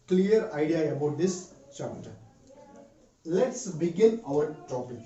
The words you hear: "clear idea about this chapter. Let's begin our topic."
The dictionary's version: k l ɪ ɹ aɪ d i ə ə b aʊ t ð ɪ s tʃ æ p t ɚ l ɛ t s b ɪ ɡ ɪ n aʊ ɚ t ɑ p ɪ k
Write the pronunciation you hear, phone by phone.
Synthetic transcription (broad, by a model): k l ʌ ɹ aɪ d i ə ə b aʊ t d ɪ s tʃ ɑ t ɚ l ɛ t s b ɪ ɡ ɪ n aʊ ɚ t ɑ p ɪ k